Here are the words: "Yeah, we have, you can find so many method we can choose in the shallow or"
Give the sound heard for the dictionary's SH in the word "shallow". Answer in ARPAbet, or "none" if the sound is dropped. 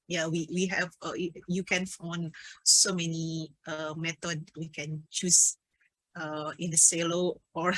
S